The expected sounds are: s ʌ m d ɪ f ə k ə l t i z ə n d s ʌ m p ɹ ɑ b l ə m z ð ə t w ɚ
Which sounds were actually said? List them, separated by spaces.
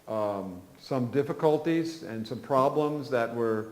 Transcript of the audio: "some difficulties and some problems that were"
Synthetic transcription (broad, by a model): s ʌ m d ɪ f ə k ə l t i z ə n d s ʌ m p ɹ ɑ b l ə m z ð ə t w ɚ